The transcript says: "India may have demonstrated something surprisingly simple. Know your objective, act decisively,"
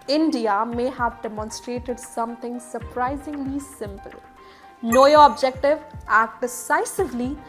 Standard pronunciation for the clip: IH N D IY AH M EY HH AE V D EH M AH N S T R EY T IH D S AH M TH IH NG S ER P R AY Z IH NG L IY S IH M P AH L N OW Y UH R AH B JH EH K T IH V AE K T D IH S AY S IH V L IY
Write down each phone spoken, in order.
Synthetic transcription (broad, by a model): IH N D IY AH M EY HH AE V D EH M AH N S T R EY T IH D S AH M T IH NG S ER P R AY Z IH NG L IY S IH M P AH L N OW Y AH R AH B JH EH K T IH V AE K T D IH S AY S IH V L IY